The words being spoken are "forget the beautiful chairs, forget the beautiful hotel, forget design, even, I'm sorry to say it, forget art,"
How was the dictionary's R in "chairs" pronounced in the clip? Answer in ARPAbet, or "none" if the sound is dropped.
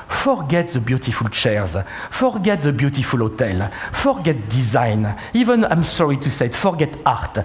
R